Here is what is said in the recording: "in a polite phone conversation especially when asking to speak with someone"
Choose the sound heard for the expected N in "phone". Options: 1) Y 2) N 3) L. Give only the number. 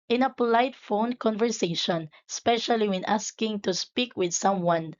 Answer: 2